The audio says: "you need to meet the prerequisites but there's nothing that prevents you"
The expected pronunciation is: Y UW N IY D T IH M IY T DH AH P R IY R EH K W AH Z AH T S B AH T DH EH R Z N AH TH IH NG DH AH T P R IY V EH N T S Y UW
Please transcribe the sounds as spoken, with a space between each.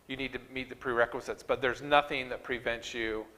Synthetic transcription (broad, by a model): Y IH N IY D T IH M IY T DH AH P R IY R EH K W AH Z AH T S B AH T DH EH R Z N AH TH IH NG DH AH T P R IY V EH N T S Y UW